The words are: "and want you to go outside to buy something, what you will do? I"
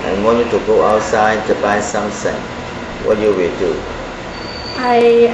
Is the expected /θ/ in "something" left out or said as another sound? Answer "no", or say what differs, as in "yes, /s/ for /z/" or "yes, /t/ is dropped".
yes, /s/ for /θ/